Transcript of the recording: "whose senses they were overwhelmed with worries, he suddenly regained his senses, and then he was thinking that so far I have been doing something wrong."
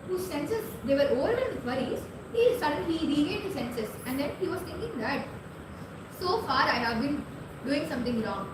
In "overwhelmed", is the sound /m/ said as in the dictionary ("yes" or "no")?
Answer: no